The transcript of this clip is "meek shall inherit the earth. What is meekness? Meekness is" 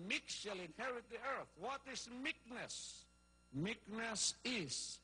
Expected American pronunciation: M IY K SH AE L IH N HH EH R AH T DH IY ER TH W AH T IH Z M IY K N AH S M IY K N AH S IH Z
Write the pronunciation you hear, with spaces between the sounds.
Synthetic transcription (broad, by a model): M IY K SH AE L IH N HH EH R AH T DH IY ER TH W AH T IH S M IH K N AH S M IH K N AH S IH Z